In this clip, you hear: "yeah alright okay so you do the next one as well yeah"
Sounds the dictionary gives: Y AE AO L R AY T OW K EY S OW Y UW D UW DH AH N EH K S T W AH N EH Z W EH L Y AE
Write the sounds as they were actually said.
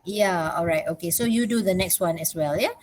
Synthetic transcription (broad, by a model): Y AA AO L R AY T OW K EY S OW Y UW D UW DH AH N EH K S T W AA N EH S W EH L Y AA